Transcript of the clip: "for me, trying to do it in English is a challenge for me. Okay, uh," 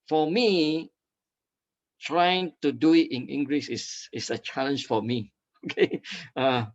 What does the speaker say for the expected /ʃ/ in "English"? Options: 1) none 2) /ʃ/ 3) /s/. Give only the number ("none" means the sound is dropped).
3